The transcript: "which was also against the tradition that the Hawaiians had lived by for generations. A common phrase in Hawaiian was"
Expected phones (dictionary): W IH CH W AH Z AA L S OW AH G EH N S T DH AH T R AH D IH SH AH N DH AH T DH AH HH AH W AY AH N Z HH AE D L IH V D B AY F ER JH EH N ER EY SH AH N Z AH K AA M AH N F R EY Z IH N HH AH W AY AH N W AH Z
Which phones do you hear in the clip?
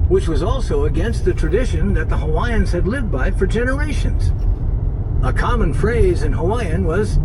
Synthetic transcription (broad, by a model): W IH CH W AH Z AA L S OW AH G EH N S T DH AH T R AH D IH SH AH N DH AH T DH AH HH AH W AY AH N Z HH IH D L IH V D B AY F ER JH EH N ER EY SH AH N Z AH K AA M AH N F R EY Z IH N HH AH W AY AH N W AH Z